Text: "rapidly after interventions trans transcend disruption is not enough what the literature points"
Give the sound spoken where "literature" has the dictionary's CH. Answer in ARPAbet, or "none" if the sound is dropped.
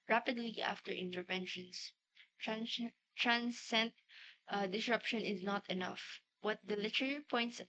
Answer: none